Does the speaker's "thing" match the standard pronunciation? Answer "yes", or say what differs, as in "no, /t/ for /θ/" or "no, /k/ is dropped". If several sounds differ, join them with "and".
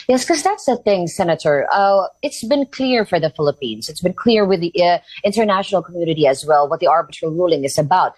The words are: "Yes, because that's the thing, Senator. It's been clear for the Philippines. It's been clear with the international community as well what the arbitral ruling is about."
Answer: yes